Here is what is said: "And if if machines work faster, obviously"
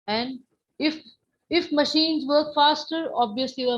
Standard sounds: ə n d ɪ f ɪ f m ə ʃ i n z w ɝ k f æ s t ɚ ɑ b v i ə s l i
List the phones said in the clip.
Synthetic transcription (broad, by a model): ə n d ɪ f ɪ f m ə ʃ i n z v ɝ k f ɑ s t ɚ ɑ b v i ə s l i